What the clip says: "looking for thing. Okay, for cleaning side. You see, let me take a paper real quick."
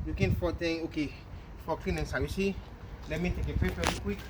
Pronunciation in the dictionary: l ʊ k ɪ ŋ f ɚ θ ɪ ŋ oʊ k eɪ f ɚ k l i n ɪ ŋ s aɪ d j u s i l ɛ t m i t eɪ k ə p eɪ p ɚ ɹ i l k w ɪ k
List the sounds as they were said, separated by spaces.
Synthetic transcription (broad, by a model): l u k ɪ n f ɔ t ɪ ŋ oʊ k eɪ f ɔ k l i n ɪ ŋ s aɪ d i s i l ɛ t m i t eɪ k ə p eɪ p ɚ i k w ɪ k